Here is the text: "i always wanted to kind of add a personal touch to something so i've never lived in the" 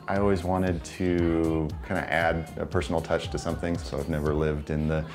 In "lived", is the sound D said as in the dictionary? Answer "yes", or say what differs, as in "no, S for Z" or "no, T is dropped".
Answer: yes